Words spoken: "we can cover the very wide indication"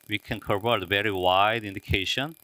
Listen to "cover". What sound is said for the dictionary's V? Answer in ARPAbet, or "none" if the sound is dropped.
P